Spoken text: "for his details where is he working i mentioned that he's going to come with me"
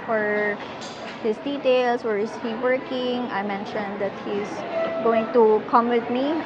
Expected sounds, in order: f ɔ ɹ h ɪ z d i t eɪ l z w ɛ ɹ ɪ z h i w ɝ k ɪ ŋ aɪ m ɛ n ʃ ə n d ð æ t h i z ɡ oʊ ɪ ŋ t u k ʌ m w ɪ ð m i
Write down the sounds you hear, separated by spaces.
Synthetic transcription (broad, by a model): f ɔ ɹ h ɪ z d i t eɪ l s w ɛ ɹ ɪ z h i w ɝ k ɪ ŋ aɪ m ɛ n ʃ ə n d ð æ t h i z ɡ oʊ ɪ ŋ t u k ʌ m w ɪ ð m i